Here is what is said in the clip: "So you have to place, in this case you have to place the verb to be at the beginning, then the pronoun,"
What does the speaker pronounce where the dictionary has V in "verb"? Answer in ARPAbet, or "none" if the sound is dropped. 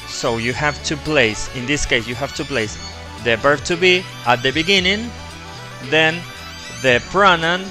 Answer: B